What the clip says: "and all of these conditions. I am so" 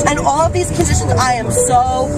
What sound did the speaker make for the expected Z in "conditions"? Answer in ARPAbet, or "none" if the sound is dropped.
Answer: Z